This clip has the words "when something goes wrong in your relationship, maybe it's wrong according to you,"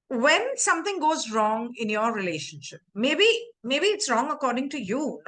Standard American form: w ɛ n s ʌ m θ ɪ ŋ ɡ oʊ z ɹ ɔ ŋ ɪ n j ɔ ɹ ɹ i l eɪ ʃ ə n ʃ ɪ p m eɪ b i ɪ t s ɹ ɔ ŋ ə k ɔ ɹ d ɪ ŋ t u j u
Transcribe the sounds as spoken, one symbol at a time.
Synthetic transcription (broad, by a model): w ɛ n s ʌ m t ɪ ŋ ɡ oʊ z ɹ ɔ ŋ ɪ n j ɔ ɹ ɹ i l eɪ ʃ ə n ʃ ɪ p m eɪ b i ɪ t s ɹ ɔ ŋ ə k ɔ ɹ d ɪ ŋ t u j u